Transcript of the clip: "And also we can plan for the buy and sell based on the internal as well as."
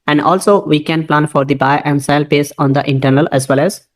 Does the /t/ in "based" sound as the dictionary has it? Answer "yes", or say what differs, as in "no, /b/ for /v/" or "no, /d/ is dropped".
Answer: no, /t/ is dropped